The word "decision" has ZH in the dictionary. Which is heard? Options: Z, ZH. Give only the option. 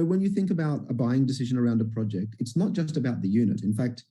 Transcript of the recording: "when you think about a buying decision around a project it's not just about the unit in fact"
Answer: ZH